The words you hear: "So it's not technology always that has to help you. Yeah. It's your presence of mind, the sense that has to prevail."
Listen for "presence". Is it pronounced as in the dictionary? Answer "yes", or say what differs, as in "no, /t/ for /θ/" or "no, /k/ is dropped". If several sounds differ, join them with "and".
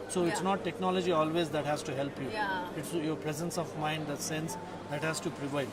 yes